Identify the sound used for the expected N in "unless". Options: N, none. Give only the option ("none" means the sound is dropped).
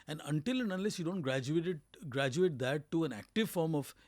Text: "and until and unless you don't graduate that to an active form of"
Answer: none